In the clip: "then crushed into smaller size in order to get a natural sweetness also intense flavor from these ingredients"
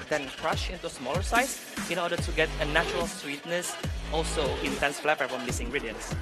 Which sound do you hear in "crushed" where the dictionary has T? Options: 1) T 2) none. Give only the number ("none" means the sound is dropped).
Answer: 2